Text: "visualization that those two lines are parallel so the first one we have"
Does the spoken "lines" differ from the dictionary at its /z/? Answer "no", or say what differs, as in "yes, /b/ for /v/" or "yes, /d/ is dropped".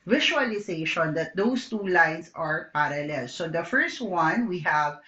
yes, /s/ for /z/